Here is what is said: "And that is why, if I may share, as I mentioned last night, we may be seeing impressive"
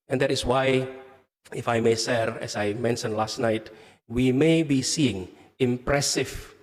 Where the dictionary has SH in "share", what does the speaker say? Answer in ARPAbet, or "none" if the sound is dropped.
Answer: S